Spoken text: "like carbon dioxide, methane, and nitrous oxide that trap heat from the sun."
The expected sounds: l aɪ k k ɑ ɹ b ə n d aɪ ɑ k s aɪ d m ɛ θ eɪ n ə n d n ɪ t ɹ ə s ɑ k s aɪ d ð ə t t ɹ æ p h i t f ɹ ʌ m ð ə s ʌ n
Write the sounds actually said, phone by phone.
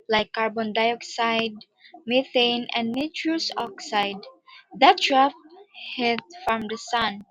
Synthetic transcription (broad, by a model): l aɪ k k ɑ ɹ b ə n d aɪ ɑ k s aɪ d m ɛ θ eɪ n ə n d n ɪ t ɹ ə s ɑ k s aɪ d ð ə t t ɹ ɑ f h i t f ɹ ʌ m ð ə s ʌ n